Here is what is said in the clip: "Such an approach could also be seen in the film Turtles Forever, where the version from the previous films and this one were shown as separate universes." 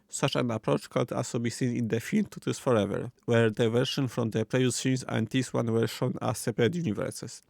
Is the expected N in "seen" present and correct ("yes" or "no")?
yes